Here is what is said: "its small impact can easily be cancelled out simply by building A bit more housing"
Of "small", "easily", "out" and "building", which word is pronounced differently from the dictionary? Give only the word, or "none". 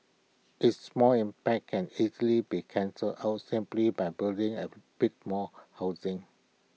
none